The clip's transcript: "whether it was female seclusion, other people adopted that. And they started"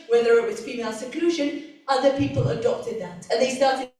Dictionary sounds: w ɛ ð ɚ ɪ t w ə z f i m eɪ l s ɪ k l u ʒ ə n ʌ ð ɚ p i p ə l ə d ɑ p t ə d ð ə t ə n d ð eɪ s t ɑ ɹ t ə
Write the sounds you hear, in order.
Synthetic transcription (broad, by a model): w ɛ ð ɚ ɪ t w ə z f i m eɪ l s ɪ k l u ʒ ə n ʌ ð ɚ p i p ə l ə d ɑ p t ə d ð ə t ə n ð eɪ s t ɑ ɹ t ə